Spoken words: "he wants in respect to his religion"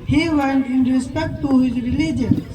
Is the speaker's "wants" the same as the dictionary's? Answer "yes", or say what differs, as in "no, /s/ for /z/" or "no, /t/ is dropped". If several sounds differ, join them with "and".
no, /s/ is dropped